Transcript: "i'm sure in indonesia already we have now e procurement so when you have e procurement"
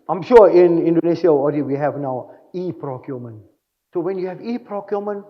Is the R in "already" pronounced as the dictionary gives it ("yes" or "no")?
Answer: no